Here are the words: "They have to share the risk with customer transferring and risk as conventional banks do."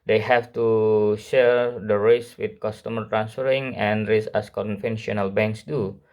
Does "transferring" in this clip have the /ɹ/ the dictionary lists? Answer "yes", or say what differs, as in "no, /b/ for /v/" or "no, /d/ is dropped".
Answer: yes